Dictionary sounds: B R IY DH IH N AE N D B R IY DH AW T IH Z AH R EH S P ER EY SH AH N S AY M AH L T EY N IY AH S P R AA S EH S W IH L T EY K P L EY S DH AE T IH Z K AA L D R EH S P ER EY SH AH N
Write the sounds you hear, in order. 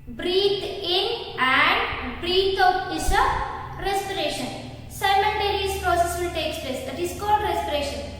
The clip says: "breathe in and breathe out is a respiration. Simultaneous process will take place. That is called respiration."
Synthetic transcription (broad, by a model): B R IY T IH N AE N D B R IY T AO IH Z AH R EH S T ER EY SH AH N S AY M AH N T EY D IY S P R AA S EH S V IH L T EY K P L EY S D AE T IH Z K AA L D R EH S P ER EY SH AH N